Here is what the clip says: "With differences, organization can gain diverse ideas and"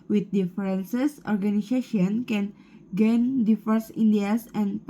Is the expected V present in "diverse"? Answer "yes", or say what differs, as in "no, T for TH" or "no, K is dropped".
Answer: no, F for V